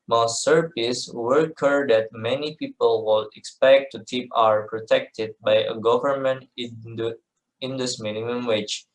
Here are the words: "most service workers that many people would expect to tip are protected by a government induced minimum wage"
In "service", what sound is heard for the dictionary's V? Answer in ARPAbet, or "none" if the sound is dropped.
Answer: P